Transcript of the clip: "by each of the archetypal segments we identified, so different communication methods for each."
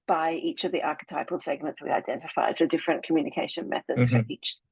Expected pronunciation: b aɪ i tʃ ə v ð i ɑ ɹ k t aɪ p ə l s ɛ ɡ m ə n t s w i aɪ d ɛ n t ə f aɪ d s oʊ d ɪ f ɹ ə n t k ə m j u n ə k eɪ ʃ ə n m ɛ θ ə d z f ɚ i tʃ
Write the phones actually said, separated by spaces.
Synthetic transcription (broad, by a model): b aɪ i tʃ ə v ð i ɑ ɹ k t aɪ p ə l s ɛ ɡ m ə n t s w i aɪ d ɛ n t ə f aɪ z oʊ d ɪ f ɹ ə n k ə m j u n ə k eɪ ʃ ə n m ɛ θ ə d z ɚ i tʃ